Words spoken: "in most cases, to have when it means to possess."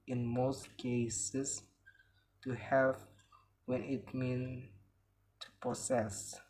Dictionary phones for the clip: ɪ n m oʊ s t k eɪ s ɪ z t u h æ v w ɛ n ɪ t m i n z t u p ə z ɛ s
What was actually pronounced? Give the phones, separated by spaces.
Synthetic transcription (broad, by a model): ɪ n m oʊ s t k eɪ s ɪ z t u h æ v w ɛ n ɪ t m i n t u p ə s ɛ s